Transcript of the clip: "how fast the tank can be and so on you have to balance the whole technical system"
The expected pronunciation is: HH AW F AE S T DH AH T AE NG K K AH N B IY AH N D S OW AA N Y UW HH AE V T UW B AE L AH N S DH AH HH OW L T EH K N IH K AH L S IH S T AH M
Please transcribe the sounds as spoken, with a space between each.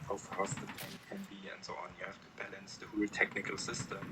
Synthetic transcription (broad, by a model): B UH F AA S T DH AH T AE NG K K AH N B IY AH N D S OW AA N Y UW HH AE F T UW B AE L AH N S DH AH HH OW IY T EH K N IH K AH L S IH S T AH M